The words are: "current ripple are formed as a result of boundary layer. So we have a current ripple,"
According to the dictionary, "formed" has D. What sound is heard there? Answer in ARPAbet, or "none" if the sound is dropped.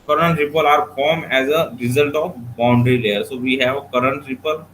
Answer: none